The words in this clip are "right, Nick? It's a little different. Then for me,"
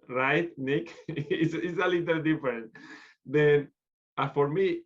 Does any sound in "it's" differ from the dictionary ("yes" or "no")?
yes